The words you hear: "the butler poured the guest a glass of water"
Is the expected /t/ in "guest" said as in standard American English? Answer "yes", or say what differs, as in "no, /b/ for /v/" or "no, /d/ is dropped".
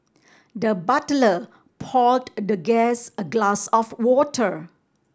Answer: no, /t/ is dropped